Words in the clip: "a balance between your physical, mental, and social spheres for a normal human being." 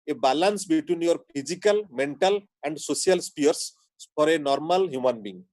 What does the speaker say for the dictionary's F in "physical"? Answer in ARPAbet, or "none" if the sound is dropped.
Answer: P